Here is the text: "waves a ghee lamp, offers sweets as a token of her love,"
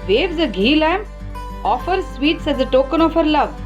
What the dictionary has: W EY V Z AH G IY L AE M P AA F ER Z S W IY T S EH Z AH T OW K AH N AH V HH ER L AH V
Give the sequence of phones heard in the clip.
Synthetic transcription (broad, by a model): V EY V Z AH G IY L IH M AA F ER S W IY T S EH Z AH T OW K AH N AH F HH ER L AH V